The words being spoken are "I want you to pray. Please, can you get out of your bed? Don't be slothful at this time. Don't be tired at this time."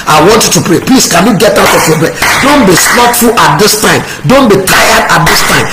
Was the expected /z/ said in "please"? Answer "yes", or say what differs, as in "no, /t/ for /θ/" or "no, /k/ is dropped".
no, /s/ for /z/